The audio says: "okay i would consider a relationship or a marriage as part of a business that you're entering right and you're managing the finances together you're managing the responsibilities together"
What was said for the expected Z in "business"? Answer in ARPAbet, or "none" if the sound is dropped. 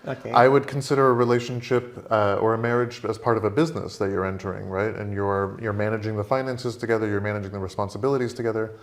Z